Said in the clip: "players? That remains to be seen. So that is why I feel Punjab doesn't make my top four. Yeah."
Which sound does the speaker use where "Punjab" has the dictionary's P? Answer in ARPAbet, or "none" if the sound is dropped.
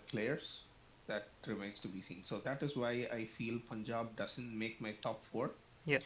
P